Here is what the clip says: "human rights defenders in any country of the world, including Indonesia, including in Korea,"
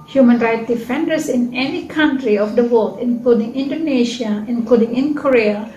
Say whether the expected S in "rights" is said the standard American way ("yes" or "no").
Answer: no